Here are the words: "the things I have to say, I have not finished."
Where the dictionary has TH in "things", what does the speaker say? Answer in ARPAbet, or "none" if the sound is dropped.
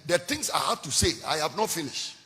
T